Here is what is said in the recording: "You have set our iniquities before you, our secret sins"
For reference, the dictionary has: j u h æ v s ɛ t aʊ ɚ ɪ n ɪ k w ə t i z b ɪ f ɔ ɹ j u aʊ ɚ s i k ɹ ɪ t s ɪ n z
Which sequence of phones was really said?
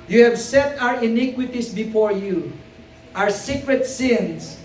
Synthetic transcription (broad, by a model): j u h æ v s ɛ t aʊ ɚ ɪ n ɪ k w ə t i s b ɪ f ɔ ɹ j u aʊ ɚ s i k ɹ ɪ t s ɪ n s